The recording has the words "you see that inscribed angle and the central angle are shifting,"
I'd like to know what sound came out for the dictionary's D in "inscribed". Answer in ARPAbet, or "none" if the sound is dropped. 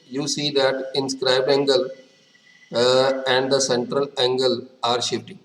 none